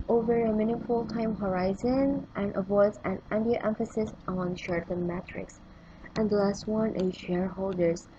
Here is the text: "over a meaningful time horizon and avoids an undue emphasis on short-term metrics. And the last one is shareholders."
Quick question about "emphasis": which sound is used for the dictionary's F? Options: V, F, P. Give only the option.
F